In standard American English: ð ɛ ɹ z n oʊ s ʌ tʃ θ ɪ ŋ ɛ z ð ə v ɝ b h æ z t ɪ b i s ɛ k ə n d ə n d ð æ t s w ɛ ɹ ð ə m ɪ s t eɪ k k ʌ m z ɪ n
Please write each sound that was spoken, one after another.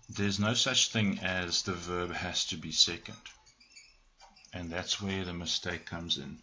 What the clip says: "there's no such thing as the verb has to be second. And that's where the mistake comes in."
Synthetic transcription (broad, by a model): ð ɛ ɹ z n oʊ s ʌ tʃ θ ɪ ŋ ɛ z ð ə v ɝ b h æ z t ɪ b i s ɛ k ə n d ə n ð æ t s w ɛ ɹ ð ə m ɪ s t eɪ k k ʌ m z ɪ n